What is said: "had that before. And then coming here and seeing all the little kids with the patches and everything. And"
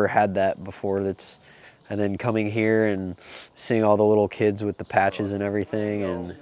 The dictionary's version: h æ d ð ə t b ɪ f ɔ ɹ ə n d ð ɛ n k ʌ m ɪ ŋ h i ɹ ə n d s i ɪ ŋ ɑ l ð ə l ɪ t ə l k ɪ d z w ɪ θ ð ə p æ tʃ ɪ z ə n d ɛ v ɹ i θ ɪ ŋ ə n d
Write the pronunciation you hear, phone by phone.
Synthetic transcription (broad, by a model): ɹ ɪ d ð ə t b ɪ f ɔ ɹ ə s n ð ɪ n k ʌ m ɪ ŋ h i ɹ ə n s i ɪ ŋ ɑ l ð ə l ɪ t l k ɪ d z w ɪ ð ə p æ tʃ ɪ z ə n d ɛ v ɹ i θ ɪ ŋ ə n